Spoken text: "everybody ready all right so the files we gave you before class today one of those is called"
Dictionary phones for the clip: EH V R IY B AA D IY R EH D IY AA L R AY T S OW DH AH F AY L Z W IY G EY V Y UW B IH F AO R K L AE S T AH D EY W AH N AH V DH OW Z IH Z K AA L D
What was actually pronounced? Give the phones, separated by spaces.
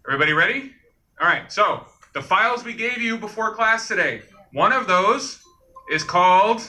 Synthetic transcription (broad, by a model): EH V R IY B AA D IY R EH D IY AA L R AY T S OW DH AH F AY L Z W IY G EY V Y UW B IH F AO R K L AE S T AH D EY W AH N AH V DH OW Z IH Z K AA L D